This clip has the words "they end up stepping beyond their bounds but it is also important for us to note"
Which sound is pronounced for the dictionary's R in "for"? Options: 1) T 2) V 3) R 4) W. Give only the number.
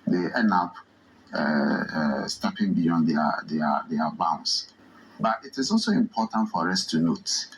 3